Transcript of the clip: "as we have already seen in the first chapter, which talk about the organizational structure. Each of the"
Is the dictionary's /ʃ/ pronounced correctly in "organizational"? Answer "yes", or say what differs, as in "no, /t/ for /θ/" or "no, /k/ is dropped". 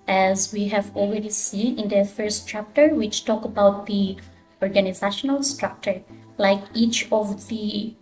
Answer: yes